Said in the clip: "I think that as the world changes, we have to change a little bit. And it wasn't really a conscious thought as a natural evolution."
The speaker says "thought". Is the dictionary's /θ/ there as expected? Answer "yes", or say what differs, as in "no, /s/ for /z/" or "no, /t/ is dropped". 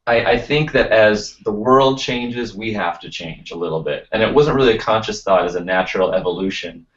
yes